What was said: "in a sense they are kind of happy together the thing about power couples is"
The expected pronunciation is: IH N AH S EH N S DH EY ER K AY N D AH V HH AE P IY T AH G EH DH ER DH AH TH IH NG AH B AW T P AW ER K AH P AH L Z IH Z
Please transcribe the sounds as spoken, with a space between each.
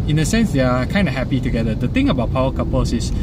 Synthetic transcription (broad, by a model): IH N AH S EH N S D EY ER K AY N D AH HH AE P IY T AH G EH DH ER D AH T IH NG AH B AW T P AW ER K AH P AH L S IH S